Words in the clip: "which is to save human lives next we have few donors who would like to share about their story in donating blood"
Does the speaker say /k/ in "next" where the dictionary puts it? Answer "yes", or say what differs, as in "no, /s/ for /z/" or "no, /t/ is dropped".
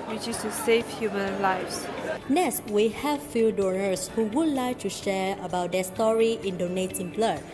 no, /k/ is dropped